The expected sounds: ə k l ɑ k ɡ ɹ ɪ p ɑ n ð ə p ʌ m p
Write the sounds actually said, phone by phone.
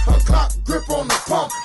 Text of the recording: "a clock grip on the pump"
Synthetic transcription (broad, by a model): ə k ɑ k ɡ ɹ ɪ p ɑ n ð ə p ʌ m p